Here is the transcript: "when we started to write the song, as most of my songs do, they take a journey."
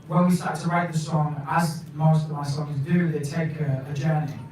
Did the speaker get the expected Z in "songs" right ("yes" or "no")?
yes